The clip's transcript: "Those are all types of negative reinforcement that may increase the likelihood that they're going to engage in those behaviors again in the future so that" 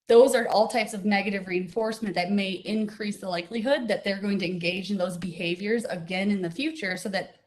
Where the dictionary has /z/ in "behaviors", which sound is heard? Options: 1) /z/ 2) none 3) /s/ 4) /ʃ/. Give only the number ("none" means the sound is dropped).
1